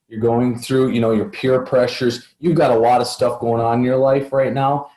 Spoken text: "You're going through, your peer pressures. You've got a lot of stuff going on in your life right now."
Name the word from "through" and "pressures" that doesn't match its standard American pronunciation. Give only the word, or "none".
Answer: none